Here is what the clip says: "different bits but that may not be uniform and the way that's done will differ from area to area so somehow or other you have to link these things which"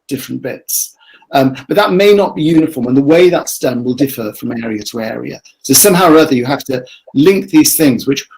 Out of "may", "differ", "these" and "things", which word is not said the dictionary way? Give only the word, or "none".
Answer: none